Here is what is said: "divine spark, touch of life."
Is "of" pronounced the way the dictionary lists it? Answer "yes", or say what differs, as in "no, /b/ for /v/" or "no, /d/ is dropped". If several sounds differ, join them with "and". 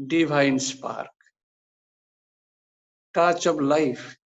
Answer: no, /b/ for /v/